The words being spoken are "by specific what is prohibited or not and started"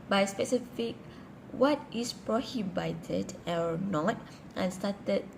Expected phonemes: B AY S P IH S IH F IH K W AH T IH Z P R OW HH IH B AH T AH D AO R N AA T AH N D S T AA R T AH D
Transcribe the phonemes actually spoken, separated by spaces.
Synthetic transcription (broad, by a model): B AY S P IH S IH F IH K W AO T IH S P R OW HH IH B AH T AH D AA W N AA T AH N S T AA T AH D